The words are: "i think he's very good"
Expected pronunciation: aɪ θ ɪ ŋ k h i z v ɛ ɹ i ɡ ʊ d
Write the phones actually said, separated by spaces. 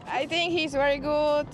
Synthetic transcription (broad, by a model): aɪ t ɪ ŋ k h i z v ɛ ɹ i ɡ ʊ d